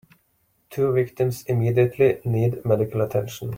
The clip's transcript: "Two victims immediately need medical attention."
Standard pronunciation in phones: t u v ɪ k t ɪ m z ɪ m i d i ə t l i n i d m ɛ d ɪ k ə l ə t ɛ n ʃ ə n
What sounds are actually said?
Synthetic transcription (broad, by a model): t u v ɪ k t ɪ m s ɪ m i d i ə t l i n i d m ɛ d ɪ k ə l ə t ɛ n ʃ ə n